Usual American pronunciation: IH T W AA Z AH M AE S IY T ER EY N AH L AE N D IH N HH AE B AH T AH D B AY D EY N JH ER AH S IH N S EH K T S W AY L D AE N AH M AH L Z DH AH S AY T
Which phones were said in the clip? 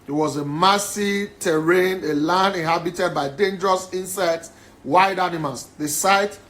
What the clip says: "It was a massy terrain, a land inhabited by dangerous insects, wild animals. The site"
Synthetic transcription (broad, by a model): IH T W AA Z AH M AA S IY T ER EY N AH L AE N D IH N HH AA B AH T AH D B AY D EY N JH ER AH S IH N S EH T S W AY D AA N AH M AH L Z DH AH S AY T